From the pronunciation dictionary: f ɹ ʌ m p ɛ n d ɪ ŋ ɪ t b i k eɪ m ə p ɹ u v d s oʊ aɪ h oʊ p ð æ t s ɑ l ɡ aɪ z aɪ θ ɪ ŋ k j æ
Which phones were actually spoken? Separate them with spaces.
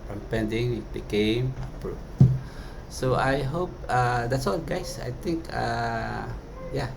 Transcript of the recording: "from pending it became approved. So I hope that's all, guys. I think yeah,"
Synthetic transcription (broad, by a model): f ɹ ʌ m p ɛ n d ɪ ŋ ɪ t b i k eɪ m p ɹ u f s oʊ aɪ h oʊ p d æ t s ɑ l ɡ aɪ s aɪ t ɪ ŋ k j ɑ